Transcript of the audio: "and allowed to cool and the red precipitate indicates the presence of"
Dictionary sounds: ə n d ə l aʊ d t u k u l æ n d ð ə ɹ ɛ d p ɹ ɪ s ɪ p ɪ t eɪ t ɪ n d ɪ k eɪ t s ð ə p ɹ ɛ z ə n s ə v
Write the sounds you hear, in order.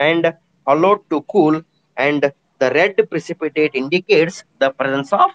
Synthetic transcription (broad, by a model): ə n d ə l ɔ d t u k u l æ n d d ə ɹ ɛ d p ɹ ɪ s ɪ p ɪ t eɪ t ɪ n d ɪ k eɪ t s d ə p ɹ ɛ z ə n s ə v